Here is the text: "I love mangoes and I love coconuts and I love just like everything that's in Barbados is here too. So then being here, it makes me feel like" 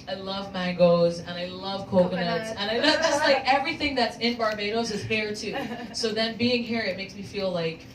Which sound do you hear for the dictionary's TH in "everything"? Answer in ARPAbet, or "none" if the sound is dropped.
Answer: TH